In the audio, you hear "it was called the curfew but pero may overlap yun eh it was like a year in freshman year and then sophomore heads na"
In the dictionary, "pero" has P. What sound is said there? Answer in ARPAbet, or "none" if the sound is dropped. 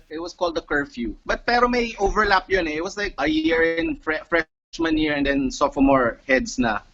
P